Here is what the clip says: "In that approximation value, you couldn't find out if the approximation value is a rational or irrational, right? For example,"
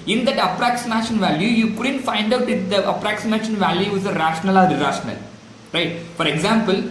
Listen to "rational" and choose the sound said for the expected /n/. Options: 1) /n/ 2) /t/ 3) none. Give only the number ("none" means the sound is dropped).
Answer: 1